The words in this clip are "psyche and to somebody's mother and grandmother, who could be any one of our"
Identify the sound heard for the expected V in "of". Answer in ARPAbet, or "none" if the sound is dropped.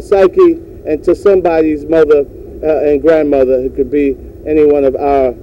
V